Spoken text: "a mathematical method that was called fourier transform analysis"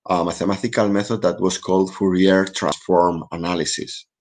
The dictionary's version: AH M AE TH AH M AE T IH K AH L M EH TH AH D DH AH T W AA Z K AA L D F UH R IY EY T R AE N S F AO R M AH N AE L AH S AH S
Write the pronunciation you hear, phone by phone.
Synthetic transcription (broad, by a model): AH M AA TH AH M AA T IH K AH L M EH TH AH D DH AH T W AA S K AA L D F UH R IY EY T R AE N S F AO R M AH N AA L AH S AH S